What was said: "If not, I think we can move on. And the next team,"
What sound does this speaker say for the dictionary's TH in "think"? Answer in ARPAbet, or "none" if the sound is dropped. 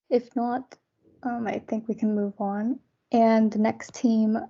TH